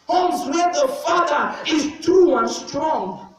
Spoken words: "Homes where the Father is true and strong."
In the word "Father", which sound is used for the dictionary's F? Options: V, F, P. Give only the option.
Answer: F